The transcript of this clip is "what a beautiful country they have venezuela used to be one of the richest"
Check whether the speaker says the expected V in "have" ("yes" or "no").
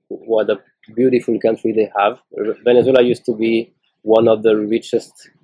yes